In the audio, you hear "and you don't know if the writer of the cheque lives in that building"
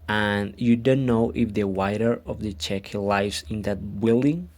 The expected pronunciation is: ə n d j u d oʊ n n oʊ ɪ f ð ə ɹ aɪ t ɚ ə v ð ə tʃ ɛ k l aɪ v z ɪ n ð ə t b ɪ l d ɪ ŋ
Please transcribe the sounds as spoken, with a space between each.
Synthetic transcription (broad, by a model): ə n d j u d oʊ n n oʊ ɪ f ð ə w aɪ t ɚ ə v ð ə tʃ ɛ k l aɪ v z ɪ n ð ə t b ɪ l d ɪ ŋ